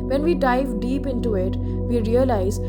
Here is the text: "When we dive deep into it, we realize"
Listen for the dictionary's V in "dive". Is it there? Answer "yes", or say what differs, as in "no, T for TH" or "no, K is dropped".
yes